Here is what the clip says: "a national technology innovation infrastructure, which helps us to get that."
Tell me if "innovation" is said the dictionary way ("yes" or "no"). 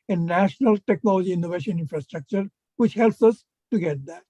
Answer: yes